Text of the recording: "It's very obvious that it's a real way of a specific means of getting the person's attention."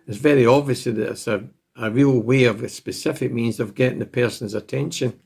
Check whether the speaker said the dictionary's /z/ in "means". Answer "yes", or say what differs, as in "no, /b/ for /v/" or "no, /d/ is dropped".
yes